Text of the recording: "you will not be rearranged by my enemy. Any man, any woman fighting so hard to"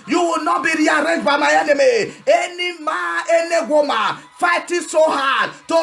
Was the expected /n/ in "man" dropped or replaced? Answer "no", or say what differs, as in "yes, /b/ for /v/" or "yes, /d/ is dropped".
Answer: yes, /n/ is dropped